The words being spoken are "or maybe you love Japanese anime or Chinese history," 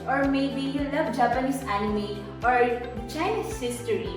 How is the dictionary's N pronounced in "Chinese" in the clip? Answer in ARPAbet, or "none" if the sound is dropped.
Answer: none